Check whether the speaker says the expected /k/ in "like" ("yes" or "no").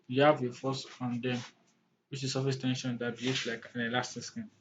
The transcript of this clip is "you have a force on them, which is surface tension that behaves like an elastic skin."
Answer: yes